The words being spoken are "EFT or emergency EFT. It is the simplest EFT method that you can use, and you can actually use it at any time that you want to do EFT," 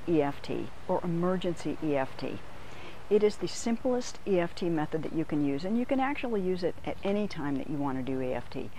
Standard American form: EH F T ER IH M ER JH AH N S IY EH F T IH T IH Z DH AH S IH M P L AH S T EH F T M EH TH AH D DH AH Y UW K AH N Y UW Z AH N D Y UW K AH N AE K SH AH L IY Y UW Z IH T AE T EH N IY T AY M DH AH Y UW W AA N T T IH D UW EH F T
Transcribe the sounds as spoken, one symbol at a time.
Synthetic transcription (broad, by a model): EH F T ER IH M ER JH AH N S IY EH F T IH T IH Z DH AH S IH M P L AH S T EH F T M EH TH AH D DH AH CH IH K AH N Y UW Z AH N Y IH K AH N AE K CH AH L IY Y UW Z IH T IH T EH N IY T AY M DH AH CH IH W AA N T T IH D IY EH F T